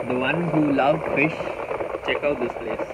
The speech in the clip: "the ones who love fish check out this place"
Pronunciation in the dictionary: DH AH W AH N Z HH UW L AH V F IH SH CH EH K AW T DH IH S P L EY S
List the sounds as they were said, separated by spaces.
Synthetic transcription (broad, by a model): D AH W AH N HH UW L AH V F IH SH CH EH K AW T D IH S P L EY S